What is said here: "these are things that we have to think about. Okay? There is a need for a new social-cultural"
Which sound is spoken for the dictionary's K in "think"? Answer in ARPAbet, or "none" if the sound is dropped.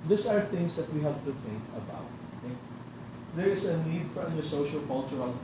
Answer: K